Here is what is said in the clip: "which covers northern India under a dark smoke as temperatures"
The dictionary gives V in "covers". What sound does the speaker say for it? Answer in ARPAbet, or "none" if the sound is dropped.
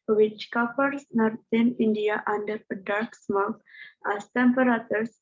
P